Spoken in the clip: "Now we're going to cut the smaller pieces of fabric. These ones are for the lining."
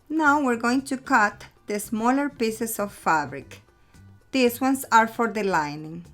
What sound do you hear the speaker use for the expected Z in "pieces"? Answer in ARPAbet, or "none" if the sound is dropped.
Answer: S